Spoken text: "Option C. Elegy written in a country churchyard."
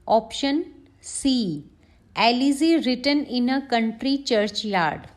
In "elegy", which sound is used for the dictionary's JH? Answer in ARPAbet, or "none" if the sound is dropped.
Z